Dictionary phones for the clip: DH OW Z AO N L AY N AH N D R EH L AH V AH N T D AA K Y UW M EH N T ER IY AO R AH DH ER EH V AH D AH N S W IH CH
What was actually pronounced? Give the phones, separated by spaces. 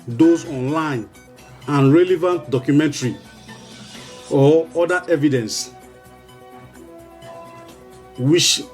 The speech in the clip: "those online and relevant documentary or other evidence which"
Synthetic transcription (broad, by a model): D OW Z AO N L AY N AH N R EH L AH V AH N T D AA K Y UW M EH N T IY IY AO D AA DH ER EH V AH D AH N S W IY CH